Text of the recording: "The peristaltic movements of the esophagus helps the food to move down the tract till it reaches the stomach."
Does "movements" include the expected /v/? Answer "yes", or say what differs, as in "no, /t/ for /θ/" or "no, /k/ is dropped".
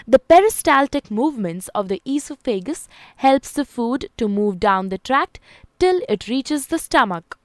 yes